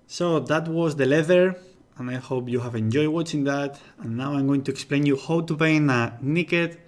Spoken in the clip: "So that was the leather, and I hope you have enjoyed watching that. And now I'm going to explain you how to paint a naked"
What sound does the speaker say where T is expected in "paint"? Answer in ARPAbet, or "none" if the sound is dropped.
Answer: none